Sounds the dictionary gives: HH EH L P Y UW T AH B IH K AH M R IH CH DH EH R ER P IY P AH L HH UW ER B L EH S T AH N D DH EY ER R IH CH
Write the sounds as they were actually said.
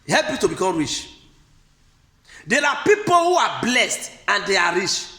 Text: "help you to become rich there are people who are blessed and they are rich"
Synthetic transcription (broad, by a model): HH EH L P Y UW T AH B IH K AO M R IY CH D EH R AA P IY P AH L HH UW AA B L EH S T AH N D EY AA R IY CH